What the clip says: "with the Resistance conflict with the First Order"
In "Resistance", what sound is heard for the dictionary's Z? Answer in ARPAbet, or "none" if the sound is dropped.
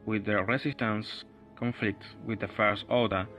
S